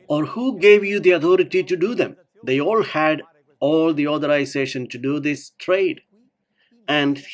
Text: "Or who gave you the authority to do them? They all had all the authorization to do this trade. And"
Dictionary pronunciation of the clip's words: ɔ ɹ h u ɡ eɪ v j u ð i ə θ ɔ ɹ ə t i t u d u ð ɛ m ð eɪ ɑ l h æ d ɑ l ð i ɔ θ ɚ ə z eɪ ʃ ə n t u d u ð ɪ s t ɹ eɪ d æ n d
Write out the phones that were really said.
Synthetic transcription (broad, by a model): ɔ ɹ h u ɡ eɪ v j u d i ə t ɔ ɹ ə t i t u d u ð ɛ m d eɪ ɑ l h æ d ɑ l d i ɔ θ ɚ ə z eɪ ʃ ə n t u d u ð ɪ s t ɹ eɪ d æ n d